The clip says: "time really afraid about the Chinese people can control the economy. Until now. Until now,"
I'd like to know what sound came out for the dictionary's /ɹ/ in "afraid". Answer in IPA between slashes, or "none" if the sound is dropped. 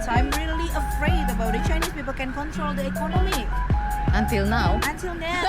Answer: /ɹ/